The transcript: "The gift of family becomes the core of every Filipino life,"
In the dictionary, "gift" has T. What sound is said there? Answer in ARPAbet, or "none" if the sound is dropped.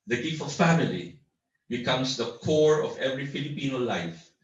none